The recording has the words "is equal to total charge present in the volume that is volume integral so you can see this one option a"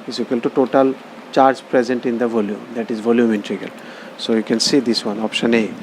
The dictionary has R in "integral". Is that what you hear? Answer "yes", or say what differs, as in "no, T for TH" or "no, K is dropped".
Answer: no, R is dropped